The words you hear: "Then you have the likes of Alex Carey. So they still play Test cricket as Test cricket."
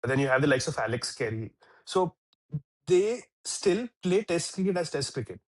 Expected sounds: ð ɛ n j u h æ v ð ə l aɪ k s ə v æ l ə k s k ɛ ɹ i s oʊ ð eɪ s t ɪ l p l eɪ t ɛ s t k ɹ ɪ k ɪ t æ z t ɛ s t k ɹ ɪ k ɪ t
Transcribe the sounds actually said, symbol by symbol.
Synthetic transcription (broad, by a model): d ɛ n j u h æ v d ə l aɪ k s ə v æ l ə k s k ɛ ɹ i s oʊ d eɪ s t ɪ l p l eɪ t ɛ s t k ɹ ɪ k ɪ t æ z t ɛ s t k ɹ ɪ k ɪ t